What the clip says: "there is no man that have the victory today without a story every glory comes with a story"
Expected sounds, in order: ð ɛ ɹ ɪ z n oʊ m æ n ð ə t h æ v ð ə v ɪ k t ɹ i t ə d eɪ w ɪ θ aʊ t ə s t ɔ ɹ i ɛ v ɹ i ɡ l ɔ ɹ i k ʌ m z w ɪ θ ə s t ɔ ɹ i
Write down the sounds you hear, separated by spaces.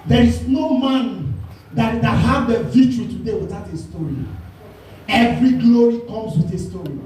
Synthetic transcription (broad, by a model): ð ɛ ɹ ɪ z n oʊ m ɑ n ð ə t h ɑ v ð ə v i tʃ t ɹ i t ə d eɪ w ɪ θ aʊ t ə s t ɔ ɹ i ɛ v ɹ i ɡ l ɔ ɹ i k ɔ m s w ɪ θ ə s t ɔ ɹ i